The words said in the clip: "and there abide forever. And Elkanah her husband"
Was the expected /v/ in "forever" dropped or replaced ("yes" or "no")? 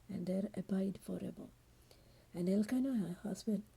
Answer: yes